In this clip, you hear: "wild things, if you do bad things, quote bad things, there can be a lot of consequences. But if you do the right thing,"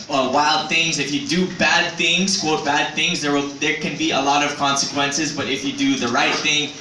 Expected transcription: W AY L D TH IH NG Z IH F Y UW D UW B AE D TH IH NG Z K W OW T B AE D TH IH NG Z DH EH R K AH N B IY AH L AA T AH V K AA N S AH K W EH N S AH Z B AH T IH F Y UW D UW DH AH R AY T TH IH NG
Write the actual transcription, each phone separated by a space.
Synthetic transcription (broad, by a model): W AY L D TH IH NG Z IH F Y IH D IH B AE D TH IH NG Z K W OW T B AE D TH IH NG Z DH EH R K AH N B IY AH L AA T AH V K AA N S AH K W EH N S AH Z B AH T IH F Y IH D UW DH AH R AY T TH IH NG